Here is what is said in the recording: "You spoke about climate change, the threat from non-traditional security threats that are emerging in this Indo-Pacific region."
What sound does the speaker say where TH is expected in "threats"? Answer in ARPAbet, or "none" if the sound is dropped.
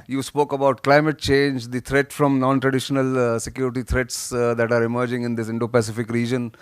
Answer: T